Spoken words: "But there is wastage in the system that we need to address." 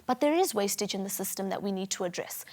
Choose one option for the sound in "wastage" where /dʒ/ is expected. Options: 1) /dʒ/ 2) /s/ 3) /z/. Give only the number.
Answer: 1